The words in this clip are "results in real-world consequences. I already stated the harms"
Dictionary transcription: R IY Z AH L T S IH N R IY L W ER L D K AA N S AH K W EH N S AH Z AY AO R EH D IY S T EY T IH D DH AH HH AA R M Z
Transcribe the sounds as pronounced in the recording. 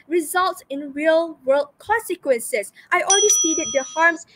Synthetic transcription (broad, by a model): R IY Z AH L T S IH N R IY L W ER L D K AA N S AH K W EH N S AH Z AY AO L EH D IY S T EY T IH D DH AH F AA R M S